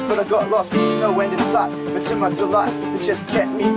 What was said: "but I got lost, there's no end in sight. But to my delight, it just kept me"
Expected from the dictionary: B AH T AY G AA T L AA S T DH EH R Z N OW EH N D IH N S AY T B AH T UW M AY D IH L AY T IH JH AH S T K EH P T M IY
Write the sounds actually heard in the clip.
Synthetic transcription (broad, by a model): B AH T AY G AA T L AA S T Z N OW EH N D IH N S AY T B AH T UW M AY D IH L AY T IH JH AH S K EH T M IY